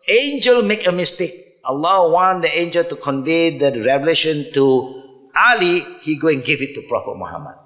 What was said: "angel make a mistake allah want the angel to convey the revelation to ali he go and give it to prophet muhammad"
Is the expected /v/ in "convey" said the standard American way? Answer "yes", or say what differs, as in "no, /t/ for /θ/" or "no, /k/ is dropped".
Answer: yes